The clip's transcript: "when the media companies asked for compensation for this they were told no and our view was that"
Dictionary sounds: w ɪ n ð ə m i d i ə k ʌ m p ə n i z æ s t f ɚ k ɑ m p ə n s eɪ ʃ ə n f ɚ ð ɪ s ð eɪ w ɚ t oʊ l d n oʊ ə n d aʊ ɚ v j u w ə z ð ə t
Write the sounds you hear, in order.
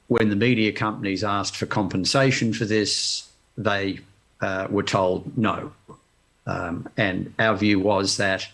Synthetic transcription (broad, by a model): w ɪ n ð ə m i d i ə k ʌ m p ə n i z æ s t f ɚ k ɑ m p ə n s eɪ ʃ ə n f ɚ ð ɪ s ð eɪ w ɚ t oʊ l d n oʊ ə n aʊ ɚ v j u w ə z ð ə t